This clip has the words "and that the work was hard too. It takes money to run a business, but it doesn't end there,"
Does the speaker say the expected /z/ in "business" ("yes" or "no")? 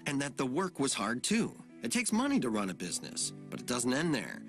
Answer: yes